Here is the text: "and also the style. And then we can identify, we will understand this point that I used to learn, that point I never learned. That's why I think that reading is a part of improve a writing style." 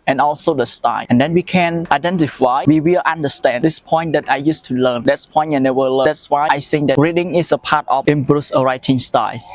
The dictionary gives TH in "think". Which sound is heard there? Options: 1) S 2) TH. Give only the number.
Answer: 1